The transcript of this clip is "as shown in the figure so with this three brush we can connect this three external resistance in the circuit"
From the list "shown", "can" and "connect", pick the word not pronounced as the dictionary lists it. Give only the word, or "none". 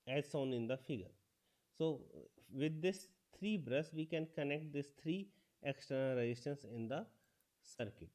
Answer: shown